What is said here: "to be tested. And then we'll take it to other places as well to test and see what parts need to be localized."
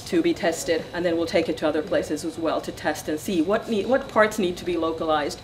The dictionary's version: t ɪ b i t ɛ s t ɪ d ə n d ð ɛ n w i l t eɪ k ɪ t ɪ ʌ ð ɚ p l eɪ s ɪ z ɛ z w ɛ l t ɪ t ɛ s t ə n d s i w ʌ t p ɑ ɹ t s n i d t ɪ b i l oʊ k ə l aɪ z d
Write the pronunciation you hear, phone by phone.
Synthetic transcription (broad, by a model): t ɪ b i t ɛ s t ɪ d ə n ð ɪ n w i l t eɪ k ɪ t ɪ ʌ ð ɚ p l eɪ s ɪ z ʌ z w ɛ l t ɪ t ɛ s t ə n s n i w ʌ t p ɑ ɹ t s n i d t ɪ b i l oʊ k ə l aɪ z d